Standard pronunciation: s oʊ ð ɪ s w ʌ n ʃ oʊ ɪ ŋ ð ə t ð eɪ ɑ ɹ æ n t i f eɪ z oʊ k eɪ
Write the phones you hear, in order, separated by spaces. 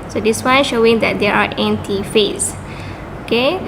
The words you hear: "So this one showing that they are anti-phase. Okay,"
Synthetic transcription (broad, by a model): s oʊ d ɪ s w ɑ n ʃ oʊ ɪ ŋ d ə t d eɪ ɑ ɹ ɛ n t i f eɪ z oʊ k eɪ